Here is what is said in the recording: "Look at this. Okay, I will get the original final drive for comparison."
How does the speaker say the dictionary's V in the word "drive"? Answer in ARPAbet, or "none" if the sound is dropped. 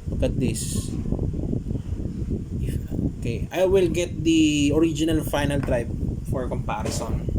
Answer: P